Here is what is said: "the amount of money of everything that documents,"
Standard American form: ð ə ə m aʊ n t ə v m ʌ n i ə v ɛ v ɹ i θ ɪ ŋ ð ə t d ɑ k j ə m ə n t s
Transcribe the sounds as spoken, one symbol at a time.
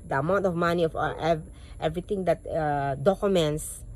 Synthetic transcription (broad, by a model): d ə ə m aʊ n t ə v m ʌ n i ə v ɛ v ɹ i t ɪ ŋ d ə t d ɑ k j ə m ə n t s